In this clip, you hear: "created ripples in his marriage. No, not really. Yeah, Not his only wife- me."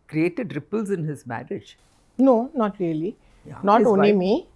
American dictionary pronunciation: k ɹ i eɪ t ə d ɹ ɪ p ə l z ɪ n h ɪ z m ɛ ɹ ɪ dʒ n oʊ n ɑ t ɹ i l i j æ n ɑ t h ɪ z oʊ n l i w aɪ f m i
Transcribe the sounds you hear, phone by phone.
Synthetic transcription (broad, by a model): k ɹ i eɪ t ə d ɹ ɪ p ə l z ɪ n h ɪ z m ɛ ɹ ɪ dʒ n oʊ n ɑ t ɹ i i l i n ɑ t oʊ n i m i